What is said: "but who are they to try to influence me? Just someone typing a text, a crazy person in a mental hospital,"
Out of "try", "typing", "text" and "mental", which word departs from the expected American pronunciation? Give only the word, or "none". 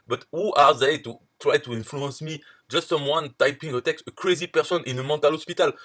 mental